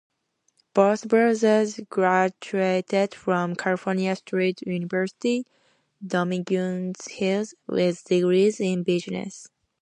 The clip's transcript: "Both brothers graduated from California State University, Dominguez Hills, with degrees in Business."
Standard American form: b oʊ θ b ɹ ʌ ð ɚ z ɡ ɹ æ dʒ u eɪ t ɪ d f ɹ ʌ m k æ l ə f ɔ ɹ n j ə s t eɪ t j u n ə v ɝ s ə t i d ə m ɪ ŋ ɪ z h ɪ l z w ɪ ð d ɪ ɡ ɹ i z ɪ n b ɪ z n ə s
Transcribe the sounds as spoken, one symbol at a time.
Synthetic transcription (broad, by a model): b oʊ s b ɹ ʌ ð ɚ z ɡ ɹ æ dʒ u eɪ t ɪ d f ɹ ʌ m k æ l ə f ɔ ɹ n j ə s t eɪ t j u n ə v ɝ s ə t i d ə m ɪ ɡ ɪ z h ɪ l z w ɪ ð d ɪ ɡ ɹ i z ɪ n b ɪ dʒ n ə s